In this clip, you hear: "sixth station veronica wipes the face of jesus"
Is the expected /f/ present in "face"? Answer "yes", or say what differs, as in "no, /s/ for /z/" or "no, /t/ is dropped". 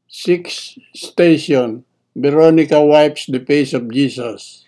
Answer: no, /p/ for /f/